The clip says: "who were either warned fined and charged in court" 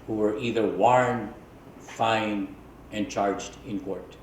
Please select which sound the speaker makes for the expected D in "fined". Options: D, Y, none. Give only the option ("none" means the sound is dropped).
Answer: none